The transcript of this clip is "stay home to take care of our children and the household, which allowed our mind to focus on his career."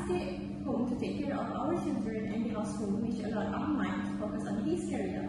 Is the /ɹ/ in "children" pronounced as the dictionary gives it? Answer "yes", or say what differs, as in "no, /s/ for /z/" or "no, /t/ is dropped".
yes